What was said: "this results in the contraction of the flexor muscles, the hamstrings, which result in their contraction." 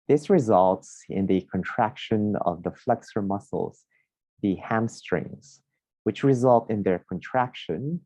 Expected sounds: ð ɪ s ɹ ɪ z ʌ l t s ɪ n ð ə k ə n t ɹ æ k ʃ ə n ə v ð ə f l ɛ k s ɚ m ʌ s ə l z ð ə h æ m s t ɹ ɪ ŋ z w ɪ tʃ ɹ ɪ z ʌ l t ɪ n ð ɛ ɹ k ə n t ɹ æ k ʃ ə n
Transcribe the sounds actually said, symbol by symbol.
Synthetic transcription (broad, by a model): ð ɪ s ɹ ɪ z ʌ l t s ɪ n ð ə k ə n t ɹ æ k ʃ ə n ə v ð ə f l ɛ k s ɚ m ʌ s l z ð ə h æ m s t ɹ ɪ ŋ z w ɪ tʃ ɹ ɪ z ʌ l t ɪ n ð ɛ ɹ k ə n t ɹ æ k ʃ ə n